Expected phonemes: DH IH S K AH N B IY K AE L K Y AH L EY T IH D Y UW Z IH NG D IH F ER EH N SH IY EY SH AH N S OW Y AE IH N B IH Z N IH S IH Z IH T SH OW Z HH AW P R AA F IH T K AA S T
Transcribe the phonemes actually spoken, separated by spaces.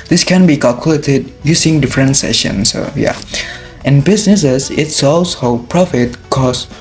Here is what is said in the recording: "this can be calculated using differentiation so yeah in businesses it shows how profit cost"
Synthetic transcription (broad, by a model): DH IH S K AH N B IY K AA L K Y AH L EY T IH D Y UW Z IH NG D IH F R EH N S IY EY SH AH N S OW Y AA IH N B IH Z N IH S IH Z IH T S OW S HH AW P R AA F IH T K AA S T